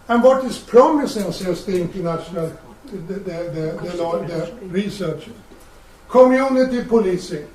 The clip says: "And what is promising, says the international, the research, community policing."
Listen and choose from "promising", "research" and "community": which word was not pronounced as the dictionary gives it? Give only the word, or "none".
research